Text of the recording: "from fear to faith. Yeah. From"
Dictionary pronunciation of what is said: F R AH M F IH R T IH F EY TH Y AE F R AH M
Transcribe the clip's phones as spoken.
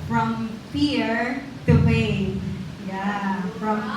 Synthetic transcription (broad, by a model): F R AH M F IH R T IH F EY T Y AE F R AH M